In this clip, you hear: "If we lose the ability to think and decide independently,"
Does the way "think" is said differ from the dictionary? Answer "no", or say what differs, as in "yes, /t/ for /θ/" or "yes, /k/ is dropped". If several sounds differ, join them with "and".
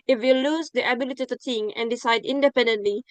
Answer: yes, /t/ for /θ/ and /k/ is dropped